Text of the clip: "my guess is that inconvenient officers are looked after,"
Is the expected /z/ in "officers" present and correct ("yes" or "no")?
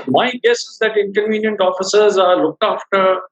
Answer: yes